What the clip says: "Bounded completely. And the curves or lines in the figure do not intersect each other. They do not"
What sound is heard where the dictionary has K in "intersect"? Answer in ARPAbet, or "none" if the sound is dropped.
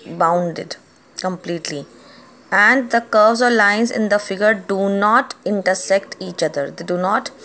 K